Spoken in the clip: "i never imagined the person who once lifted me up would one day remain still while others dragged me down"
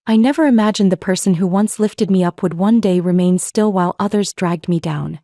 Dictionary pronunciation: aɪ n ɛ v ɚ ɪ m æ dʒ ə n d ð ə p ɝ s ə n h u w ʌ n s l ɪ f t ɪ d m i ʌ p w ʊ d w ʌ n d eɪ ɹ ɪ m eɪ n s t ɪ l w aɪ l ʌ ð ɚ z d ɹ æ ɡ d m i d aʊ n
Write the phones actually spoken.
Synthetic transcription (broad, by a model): aɪ n ɛ v ɚ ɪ m æ dʒ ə n ð ə p ɝ s ə n h u w ʌ n s l ɪ f t ɪ d m i ʌ p w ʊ d w ʌ n d eɪ ɹ ɪ m eɪ n s t ɪ l w aɪ l ʌ ð ɚ z d ɹ æ ɡ d m i d aʊ n